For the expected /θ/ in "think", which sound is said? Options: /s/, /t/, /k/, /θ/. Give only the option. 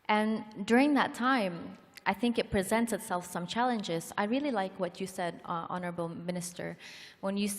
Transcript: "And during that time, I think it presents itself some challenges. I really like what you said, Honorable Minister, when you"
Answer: /θ/